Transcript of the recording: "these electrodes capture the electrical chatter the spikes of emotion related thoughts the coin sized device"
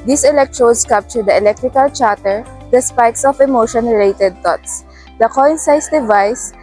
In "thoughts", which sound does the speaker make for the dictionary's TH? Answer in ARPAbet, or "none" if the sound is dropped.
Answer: T